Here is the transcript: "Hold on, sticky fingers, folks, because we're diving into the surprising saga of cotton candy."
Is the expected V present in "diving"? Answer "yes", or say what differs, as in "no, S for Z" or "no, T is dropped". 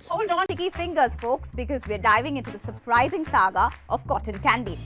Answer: yes